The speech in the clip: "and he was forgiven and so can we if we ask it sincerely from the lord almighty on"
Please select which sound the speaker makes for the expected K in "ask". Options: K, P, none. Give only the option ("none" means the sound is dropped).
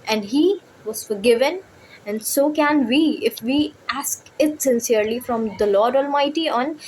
K